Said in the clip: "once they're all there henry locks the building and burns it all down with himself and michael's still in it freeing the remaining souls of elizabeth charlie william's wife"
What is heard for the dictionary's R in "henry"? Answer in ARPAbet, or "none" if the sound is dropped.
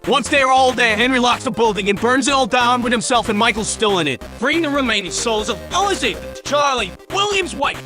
R